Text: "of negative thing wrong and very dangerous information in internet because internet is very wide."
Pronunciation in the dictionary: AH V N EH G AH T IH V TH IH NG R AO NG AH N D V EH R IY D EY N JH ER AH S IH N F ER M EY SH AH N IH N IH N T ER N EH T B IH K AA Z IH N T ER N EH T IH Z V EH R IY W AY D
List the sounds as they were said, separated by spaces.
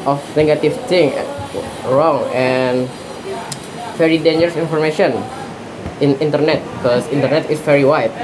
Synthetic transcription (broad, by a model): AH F N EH G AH T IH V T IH NG R AO NG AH N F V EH R IY D EY N JH ER AH S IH N F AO M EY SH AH N IH N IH N T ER N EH T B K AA S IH N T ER N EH T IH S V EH R IY W AY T